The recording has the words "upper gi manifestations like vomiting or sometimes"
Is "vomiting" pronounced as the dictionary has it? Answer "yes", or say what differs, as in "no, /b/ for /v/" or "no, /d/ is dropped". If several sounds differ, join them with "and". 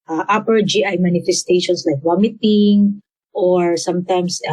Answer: no, /w/ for /v/